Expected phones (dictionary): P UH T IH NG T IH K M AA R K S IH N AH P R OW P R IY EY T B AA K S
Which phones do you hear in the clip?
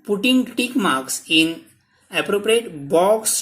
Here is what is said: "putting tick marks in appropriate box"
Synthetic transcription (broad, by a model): P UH T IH NG T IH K M AA R K S IH N AH P R OW P R IY EY T B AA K S